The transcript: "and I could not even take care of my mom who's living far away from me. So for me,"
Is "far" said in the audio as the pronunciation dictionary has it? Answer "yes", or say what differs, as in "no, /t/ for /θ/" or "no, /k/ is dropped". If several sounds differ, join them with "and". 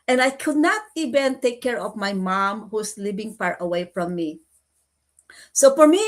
no, /p/ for /f/